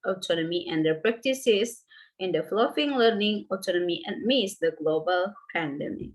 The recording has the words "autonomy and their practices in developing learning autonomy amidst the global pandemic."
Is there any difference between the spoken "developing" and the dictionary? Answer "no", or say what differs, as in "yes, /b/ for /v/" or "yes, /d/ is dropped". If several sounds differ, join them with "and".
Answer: yes, /f/ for /p/